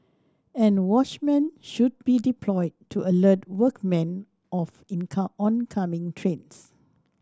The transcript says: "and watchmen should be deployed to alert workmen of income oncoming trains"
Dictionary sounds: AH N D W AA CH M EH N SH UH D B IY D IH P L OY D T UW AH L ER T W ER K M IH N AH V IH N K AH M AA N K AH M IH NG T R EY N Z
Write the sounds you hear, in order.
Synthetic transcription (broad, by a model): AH N W AA CH M EH N SH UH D B IY D IH P L OY D T UW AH L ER T W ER K M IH N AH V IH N K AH AA N K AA M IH NG T R EY N S